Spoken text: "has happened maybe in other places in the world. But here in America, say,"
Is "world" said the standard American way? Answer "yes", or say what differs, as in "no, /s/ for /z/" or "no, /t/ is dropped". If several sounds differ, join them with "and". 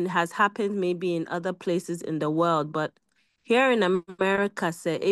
yes